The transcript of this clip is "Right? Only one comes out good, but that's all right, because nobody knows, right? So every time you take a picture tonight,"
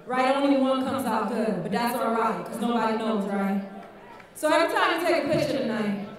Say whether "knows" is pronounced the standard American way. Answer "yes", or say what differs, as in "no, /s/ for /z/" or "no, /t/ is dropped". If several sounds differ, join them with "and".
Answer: yes